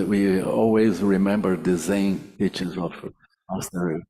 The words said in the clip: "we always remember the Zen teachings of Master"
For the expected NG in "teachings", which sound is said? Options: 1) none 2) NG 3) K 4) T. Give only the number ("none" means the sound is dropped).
1